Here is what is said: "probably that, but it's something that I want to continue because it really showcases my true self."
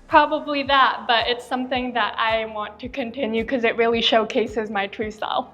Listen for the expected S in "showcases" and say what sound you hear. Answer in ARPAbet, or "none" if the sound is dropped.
S